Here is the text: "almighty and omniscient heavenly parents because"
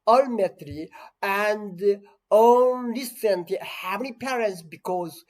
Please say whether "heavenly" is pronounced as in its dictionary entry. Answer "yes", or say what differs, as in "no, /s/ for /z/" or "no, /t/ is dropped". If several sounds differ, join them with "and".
no, /l/ is dropped